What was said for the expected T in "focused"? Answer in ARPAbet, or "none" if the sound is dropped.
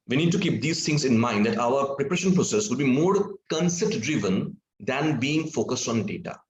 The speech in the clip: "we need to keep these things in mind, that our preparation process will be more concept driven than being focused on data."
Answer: T